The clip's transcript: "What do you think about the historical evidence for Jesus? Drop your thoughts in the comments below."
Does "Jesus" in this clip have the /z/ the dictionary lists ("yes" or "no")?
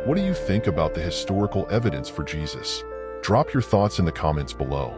yes